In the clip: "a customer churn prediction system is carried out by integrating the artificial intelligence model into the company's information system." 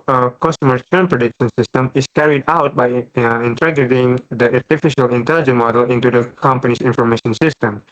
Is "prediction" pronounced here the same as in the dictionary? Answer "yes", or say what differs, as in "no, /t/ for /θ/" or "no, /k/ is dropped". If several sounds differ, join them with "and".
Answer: yes